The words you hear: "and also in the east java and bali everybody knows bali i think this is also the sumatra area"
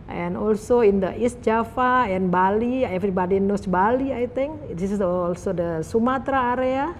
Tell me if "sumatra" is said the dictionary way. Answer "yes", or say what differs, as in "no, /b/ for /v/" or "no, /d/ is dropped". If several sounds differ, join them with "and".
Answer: yes